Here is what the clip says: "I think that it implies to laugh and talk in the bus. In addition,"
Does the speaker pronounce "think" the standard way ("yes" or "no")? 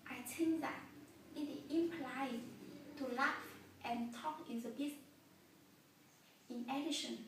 no